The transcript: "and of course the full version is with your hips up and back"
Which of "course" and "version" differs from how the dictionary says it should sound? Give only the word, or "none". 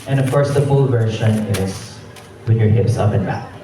version